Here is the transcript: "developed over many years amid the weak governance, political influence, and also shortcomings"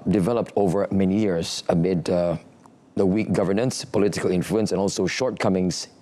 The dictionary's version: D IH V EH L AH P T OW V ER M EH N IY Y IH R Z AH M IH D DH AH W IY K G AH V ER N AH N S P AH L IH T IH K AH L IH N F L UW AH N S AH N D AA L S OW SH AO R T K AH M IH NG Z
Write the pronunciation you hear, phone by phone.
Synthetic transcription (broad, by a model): D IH V EH L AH P T OW V ER M EH N IY Y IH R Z AH M IH D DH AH W IY K G AH V ER N AH N S P AH L IH T IH K AH L IH N F L UW AH N S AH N AA L S OW SH AO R T K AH M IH NG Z